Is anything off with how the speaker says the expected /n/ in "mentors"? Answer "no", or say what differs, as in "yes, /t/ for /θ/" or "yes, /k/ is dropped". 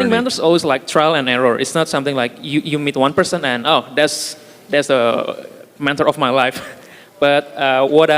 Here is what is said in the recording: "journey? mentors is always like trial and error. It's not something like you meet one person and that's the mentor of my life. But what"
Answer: yes, /n/ is dropped